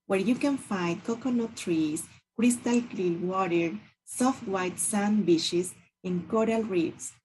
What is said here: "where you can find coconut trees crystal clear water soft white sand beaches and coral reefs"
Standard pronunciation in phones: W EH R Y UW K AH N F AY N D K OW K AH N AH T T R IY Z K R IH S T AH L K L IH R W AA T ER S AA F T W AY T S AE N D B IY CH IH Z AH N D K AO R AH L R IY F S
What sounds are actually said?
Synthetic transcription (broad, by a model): W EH R Y UW K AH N F AY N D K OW K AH N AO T T R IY S K R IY S T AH L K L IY L W AA T ER S AA F T W AY T S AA N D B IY SH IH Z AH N K AO R AH L R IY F S